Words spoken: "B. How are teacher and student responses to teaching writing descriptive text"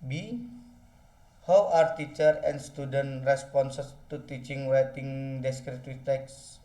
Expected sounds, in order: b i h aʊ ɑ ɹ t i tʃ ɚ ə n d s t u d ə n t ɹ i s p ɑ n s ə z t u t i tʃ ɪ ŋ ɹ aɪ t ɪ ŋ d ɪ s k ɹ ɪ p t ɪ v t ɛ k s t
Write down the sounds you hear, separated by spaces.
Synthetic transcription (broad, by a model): b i h aʊ ɑ ɹ t i tʃ ɚ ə n s t u d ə n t ɹ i s p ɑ n s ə s t u t i tʃ ɪ ŋ w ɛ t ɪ ŋ d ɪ s k ɹ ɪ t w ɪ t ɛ k s